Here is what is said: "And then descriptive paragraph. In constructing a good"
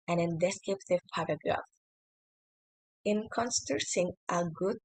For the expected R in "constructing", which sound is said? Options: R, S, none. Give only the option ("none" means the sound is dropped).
none